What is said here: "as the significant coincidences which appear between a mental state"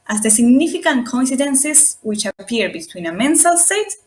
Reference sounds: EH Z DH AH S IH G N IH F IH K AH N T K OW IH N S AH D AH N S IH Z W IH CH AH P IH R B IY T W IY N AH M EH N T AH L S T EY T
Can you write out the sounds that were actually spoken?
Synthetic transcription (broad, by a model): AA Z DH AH S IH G N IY F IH K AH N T K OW N S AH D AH N S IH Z W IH CH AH P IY R B IY T W IY N AH M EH N S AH L S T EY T